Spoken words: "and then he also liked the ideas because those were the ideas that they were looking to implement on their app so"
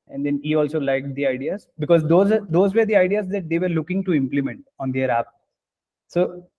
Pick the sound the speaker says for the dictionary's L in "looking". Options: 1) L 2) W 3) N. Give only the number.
1